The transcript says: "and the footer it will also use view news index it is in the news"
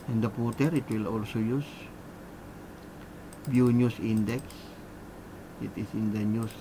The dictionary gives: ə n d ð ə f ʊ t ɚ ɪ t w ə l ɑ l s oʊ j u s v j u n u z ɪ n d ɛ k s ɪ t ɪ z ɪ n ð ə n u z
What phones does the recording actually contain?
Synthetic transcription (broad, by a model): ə n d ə p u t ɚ ɪ t w ə l ɑ l s oʊ j u s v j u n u s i n d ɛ k s ɪ t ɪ s ɪ n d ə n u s